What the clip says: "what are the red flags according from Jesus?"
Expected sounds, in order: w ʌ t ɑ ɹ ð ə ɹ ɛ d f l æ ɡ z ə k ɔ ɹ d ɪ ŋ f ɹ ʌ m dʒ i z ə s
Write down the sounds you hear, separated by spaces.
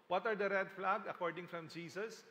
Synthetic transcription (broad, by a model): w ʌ t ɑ ɹ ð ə ɹ ɛ d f l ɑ ɡ ə k ɔ ɹ d ɪ ŋ f ɹ ʌ m dʒ i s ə s